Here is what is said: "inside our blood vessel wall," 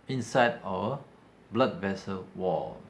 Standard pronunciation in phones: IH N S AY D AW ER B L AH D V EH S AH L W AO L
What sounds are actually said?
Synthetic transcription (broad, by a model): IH N S AY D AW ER B L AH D V EH S AH L W AO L